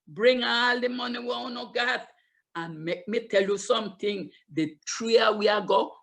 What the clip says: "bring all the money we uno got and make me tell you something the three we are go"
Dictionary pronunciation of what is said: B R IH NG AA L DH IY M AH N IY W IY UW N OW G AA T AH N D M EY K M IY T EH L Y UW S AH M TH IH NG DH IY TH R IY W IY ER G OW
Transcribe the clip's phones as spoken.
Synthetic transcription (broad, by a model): B R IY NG AA L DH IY M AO N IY W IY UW N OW G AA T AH N M EY K M IY T EH L Y UW S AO M T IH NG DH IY T R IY W IY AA G OW